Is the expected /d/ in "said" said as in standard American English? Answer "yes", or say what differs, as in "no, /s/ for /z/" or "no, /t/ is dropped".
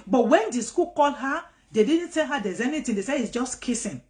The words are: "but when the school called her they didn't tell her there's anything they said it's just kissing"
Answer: no, /d/ is dropped